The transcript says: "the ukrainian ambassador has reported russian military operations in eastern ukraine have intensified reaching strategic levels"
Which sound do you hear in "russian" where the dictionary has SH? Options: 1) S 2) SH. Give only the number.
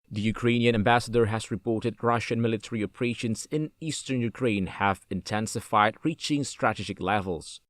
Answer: 2